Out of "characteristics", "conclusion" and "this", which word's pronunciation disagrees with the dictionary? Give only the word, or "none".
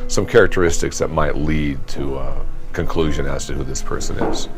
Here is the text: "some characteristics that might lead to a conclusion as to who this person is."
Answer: none